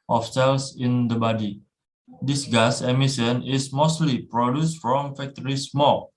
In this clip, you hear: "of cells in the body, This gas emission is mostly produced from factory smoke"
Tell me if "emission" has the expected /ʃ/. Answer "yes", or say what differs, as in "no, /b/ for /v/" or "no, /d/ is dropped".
no, /s/ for /ʃ/